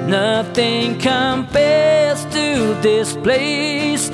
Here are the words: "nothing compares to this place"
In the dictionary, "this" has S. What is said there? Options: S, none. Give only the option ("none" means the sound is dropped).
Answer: S